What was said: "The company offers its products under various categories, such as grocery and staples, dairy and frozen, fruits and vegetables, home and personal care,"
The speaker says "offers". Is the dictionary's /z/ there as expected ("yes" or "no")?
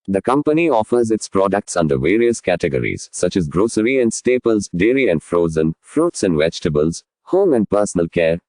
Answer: yes